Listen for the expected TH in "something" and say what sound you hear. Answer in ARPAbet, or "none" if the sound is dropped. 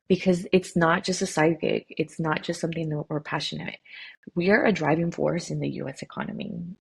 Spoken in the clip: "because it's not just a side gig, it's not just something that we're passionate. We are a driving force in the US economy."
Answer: TH